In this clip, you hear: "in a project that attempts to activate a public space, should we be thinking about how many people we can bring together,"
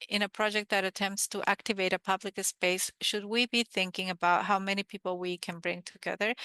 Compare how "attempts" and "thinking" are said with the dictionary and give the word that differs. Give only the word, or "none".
none